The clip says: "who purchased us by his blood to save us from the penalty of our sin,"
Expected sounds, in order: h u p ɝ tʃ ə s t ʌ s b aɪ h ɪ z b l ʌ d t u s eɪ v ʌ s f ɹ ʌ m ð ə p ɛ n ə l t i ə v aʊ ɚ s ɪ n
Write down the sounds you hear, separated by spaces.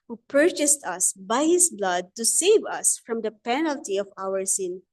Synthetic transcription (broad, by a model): h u p ɝ tʃ ə s t ʌ s b aɪ h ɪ s b l ʌ d t u s eɪ v ʌ s f ɹ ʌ m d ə p ɛ n ə l t i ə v aʊ ɚ s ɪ n